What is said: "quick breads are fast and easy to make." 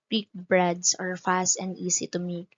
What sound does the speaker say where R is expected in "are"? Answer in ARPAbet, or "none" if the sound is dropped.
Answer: R